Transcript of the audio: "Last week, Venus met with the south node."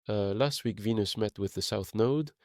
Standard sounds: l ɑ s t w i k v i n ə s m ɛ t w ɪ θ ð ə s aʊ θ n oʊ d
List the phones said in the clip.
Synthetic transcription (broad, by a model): l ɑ s t w i k v i n ə s m ɛ t w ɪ ð ə s aʊ θ n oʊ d